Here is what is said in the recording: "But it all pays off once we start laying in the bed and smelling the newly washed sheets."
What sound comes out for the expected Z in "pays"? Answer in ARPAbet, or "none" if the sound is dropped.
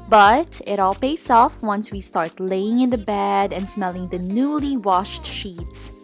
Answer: S